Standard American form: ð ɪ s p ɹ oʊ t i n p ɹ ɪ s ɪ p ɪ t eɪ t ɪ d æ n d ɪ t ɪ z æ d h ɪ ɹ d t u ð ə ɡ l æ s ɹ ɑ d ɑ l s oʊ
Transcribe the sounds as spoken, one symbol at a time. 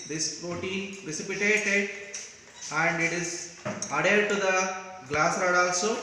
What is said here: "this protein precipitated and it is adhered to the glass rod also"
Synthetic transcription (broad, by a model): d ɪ s p ɹ oʊ t i n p ɹ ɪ s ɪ p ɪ t eɪ t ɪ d æ n d ɪ t ɪ z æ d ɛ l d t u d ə ɡ l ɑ s ɹ ɑ d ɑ l s oʊ